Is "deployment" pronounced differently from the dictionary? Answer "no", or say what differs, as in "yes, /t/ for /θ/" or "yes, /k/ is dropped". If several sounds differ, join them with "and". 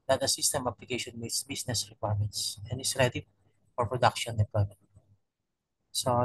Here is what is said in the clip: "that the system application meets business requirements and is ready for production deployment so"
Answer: yes, /l/ is dropped